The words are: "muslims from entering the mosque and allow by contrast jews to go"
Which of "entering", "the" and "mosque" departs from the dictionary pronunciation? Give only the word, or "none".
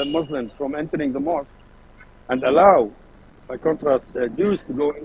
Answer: none